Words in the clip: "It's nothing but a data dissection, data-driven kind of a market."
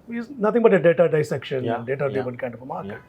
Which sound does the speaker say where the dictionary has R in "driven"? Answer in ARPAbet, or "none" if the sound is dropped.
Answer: none